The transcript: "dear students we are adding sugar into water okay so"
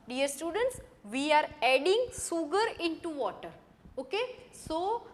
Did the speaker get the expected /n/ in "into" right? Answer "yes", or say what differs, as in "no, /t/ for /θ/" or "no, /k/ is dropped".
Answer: yes